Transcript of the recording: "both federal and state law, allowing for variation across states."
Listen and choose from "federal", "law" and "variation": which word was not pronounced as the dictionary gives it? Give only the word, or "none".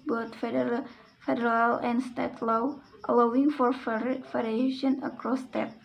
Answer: variation